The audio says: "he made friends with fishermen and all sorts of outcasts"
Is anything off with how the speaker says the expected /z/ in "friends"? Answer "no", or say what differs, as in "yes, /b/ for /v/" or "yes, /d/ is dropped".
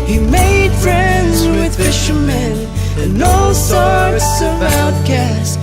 no